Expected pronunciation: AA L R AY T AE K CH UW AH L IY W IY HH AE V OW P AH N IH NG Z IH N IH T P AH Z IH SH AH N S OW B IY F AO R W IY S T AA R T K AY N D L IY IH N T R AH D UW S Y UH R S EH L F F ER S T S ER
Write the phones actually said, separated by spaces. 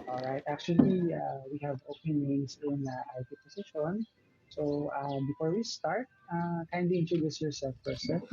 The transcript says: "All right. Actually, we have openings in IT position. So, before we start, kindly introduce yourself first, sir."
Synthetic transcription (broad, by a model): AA L R AY T AE K CH UW AH L IY W IY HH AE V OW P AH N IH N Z IH N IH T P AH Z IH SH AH N S OW B IY F AO R W IY S T AA R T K AY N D IY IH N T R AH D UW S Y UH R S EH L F P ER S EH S